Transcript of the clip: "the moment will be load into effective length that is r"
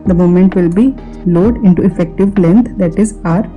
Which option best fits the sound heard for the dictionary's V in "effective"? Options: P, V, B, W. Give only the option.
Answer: V